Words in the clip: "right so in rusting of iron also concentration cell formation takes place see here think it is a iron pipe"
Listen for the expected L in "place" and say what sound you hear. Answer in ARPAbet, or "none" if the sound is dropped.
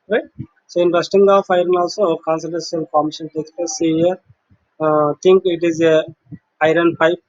none